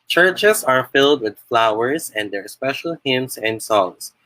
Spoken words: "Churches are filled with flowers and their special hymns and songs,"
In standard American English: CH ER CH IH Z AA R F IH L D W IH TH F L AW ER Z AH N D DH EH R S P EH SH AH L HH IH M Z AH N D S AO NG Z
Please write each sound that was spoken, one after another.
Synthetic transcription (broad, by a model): CH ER CH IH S AA R F IH L D W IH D F L AW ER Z AH N D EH R S P EH SH AH L HH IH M S AH N D S AO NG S